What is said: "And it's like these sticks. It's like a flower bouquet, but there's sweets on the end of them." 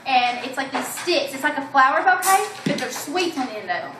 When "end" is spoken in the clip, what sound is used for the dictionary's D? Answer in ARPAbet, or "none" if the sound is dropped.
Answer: none